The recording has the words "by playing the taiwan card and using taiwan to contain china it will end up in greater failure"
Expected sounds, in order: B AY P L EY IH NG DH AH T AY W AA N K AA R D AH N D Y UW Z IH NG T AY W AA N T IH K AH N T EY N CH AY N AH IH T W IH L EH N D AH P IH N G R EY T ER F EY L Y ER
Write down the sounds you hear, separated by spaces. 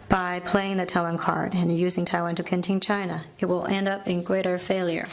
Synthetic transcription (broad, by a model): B AY P L EY IH NG DH AH T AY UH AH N K AA R D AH N Y UW Z IH NG T AY W AA N T IH K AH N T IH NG CH AY N AH IH T W IH L EH N D AH P IH N G R EY T ER F EY L Y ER